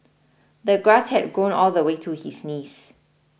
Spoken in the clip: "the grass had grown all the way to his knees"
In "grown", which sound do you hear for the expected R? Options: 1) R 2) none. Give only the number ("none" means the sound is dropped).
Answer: 1